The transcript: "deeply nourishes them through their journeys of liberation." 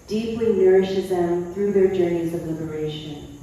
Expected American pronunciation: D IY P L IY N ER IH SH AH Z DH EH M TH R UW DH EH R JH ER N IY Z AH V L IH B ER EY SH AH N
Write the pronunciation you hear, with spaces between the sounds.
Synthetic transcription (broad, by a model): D IY P L IY N ER IH SH AH Z DH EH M TH R UW DH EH R JH ER N IY Z AH V L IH B ER EY SH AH N